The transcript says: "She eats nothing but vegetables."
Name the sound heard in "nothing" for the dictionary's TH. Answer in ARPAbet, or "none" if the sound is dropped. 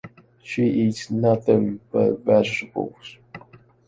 TH